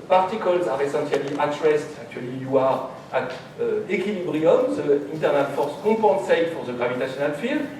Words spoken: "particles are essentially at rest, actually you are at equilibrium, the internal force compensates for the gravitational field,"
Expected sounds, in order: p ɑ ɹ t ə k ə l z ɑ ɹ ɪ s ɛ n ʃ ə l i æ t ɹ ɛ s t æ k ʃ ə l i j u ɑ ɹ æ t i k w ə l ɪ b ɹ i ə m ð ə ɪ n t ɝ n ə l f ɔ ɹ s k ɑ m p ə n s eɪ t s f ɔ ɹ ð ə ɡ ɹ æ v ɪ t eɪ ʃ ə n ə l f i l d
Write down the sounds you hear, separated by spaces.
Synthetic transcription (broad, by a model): p ɑ ɹ t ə k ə l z ɑ ɹ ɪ s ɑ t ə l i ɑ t ɹ ɛ s t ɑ k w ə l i j u ɑ ɹ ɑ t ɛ k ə l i b ɹ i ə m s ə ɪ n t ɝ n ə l f ɔ ɹ s k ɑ p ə s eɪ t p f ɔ ɹ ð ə ɡ ɹ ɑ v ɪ t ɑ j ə n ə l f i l